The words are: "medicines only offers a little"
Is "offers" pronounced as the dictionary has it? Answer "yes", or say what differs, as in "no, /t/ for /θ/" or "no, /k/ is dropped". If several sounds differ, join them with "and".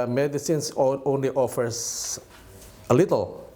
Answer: no, /s/ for /z/